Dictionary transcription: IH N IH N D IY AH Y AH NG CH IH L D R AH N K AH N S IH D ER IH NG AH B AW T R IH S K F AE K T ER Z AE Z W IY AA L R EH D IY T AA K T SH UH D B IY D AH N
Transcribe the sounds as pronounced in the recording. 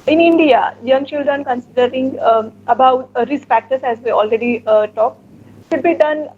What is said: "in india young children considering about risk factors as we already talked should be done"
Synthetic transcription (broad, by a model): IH N IH N D IY AH Y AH NG CH IH L D R AH N K AH N S IH D ER IH NG AH B AW T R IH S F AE K T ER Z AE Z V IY AA L R EH D IY T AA K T SH UH D B IY D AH N